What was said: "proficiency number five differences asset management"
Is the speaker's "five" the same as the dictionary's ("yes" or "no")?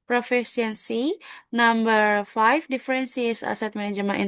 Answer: no